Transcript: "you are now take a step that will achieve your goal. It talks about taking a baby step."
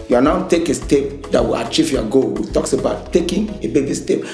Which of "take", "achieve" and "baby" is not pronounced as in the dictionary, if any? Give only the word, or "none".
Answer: none